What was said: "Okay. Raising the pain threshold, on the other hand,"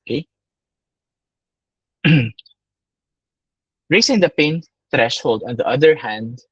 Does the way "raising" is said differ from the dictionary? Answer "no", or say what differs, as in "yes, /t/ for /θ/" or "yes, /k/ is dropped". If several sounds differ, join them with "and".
yes, /s/ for /z/